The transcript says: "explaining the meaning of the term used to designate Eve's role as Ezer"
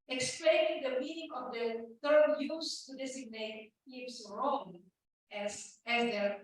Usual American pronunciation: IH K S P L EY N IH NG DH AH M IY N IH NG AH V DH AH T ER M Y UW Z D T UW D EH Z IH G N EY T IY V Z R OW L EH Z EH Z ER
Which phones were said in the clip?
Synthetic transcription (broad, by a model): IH K S P L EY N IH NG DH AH M IY N IH NG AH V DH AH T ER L Y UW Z T UW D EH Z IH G N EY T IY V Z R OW N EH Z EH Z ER